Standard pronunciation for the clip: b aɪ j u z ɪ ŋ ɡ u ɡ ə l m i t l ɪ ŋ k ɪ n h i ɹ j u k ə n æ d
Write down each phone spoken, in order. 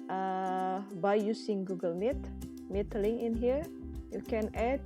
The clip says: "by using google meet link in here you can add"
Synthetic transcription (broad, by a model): b aɪ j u s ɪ ŋ ɡ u ɡ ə l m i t l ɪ ŋ ɪ n h i ɹ j u k ə n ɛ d